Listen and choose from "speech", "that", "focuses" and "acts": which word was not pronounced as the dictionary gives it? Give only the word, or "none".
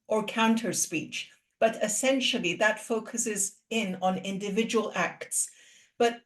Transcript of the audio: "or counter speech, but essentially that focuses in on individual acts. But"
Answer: none